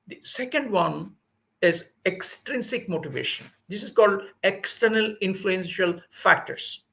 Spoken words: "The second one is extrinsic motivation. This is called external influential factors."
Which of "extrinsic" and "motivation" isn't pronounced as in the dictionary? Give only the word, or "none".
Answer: none